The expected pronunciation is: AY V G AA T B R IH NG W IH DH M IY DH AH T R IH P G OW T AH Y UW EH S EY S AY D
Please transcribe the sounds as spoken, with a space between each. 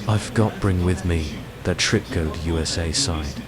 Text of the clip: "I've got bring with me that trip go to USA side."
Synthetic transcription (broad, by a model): AY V G AA T B R IH NG W IH DH M IY DH AH T R IH P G OW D Y UW EH S EY S AY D